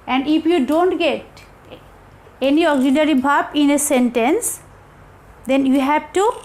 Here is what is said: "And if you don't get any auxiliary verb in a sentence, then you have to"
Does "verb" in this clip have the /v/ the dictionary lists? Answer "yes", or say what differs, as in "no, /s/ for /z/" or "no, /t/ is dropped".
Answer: no, /b/ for /v/